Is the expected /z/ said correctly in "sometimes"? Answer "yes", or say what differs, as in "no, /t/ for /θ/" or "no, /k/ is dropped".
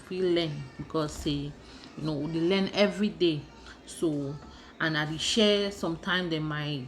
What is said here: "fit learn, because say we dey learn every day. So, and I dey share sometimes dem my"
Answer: no, /z/ is dropped